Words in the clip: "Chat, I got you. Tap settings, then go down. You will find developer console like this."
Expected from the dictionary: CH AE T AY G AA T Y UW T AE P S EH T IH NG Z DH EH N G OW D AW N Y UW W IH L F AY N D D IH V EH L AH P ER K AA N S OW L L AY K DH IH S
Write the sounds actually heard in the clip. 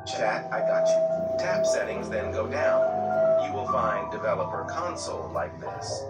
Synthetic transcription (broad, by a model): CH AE T AY G AA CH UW T AE P S EH T IH NG Z DH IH N G OW D AW N Y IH W IH L F AY N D D IH V EH L AH P ER K AA N S L L AY K DH IH S